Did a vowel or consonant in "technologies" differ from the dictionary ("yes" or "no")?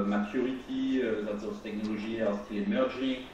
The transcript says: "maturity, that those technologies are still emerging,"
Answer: yes